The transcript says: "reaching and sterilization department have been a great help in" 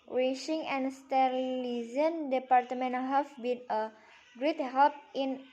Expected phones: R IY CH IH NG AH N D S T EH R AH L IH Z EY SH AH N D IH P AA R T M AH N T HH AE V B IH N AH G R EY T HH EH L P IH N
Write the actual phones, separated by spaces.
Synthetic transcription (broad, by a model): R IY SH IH NG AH N S T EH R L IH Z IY AH N D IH P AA R T M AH N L HH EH F B IH N AH G R EY T HH EH L P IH N